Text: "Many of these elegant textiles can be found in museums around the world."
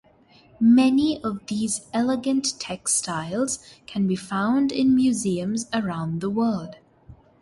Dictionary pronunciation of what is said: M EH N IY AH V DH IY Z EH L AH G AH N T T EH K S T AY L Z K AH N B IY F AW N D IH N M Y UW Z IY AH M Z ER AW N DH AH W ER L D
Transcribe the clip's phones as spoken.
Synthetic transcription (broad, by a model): M EH N IY AH V DH IY Z EH L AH G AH N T T EH K S T AY L Z K AH N B IY F AW N D IH N M Y UW Z IY AH M Z ER AW N DH AH W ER L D